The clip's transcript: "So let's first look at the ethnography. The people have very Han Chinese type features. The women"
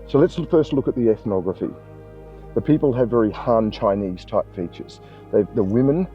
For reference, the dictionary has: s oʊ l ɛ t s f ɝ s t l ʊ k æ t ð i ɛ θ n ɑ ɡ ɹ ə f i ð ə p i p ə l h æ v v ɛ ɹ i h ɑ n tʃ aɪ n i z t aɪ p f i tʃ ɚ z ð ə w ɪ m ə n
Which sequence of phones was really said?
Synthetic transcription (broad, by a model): s oʊ l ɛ t s f ɝ s t l ʊ k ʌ t ð i ɛ θ n ɑ ɡ ɹ ə f i ð ə p i p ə l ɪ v v ɛ ɹ i h ɑ n tʃ aɪ n i z t aɪ p f i tʃ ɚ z ð ə w ɪ m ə n